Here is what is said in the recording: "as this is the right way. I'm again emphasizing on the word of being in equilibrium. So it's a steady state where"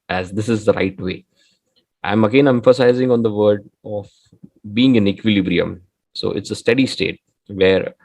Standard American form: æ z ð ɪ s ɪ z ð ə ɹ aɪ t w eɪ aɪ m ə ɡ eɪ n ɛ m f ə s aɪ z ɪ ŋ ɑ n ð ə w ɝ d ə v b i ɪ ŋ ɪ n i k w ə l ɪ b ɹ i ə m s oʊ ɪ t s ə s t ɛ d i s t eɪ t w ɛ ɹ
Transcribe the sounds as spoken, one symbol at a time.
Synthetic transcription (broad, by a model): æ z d ɪ s ɪ z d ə ɹ aɪ t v eɪ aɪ m ə ɡ eɪ n ɛ m f ə s aɪ z ɪ ŋ ɑ n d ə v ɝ d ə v b i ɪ ŋ ɪ n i k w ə l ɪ b ɹ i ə m s oʊ ɪ t s ə s t ɛ d i s t eɪ t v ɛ ɹ